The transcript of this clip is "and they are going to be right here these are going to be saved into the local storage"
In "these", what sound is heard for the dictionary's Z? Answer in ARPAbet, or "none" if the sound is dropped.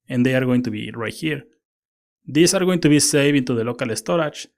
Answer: S